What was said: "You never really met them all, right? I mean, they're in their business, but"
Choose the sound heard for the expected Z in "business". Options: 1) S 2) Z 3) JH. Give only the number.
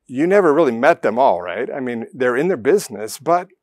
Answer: 2